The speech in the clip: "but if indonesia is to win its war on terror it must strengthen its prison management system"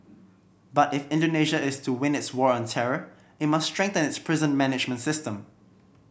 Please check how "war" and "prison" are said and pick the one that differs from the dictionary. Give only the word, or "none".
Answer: none